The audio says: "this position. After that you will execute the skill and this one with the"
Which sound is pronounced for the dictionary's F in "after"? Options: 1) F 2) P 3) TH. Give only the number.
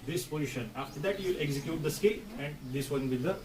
1